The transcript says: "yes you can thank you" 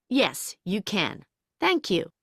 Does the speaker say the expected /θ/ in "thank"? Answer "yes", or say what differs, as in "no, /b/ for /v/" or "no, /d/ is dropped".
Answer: yes